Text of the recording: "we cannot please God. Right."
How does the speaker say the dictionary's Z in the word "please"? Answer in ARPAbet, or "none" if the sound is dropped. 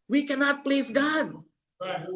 Z